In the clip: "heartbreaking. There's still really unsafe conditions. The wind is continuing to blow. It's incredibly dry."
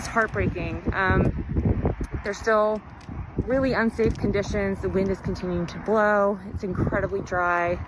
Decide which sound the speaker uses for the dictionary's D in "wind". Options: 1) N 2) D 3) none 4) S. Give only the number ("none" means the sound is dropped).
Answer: 2